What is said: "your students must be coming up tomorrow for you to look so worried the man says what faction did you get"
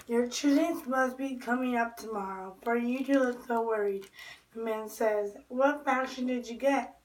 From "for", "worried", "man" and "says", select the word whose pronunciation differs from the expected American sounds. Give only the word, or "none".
none